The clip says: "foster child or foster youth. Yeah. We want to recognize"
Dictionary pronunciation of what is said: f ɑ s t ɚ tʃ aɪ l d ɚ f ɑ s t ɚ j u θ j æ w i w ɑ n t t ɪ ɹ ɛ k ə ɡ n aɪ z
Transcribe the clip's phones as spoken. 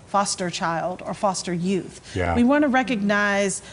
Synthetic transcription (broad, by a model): f ɑ s t ɚ tʃ aɪ l d ɚ f ɑ s t ɚ j u θ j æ w i w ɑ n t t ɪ ɹ ɛ k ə ɡ n aɪ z